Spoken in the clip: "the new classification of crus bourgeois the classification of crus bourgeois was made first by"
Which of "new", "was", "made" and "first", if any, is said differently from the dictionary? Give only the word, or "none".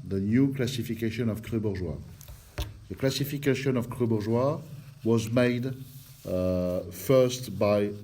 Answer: none